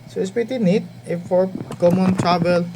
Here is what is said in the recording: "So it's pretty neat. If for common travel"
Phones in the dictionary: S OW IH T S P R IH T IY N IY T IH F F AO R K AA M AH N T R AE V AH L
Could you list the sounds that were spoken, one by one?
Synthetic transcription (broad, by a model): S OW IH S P IH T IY N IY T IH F F AO R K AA M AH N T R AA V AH L